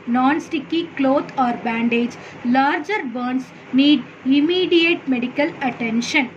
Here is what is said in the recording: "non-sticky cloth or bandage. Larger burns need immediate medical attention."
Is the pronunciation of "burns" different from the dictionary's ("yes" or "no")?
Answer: yes